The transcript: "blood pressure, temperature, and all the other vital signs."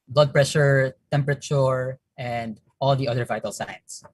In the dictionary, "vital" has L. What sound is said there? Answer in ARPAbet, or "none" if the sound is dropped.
L